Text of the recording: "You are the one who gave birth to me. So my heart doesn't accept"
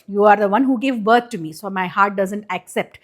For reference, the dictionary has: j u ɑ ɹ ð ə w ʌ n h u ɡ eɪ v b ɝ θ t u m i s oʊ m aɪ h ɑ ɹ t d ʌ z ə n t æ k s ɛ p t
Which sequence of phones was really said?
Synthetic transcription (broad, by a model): j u ɑ ɹ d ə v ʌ n h u ɡ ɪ v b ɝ t t u m i s oʊ m aɪ h ɑ ɹ t d ʌ z ə n t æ k s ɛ p t